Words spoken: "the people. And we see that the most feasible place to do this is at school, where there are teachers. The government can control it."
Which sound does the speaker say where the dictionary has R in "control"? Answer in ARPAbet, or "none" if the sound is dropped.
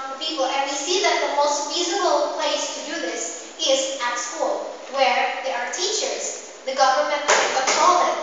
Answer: none